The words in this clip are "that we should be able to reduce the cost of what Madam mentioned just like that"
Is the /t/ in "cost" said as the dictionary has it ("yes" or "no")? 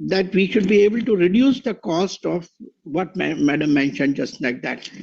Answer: yes